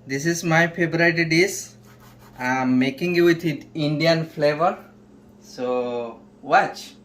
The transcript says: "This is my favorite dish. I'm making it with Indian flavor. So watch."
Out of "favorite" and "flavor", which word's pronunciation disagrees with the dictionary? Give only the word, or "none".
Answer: favorite